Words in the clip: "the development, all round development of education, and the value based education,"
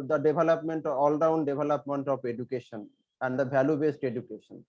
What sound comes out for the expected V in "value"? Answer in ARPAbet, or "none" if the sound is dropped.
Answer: B